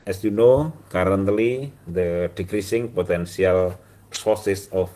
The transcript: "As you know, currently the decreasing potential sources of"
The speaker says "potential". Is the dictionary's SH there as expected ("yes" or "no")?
no